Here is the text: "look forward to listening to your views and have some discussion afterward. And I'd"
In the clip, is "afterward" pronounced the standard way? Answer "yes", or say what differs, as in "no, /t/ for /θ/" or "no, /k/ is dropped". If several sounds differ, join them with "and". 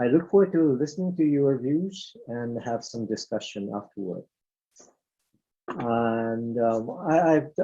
yes